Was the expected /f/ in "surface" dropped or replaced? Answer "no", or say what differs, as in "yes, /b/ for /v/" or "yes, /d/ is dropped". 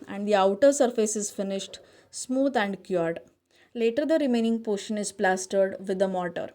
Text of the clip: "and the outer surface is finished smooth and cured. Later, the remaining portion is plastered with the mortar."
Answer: no